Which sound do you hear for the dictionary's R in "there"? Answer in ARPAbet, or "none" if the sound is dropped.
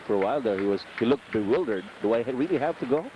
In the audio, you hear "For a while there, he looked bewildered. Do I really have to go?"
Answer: W